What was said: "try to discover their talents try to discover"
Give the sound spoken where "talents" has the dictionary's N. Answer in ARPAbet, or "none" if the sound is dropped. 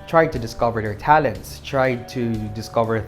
N